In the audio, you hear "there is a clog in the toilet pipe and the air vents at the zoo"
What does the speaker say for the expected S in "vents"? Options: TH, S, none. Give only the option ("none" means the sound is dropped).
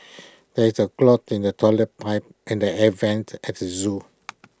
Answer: none